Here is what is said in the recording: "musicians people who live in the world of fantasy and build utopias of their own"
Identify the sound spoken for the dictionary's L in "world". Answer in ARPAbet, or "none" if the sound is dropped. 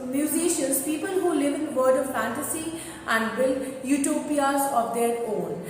none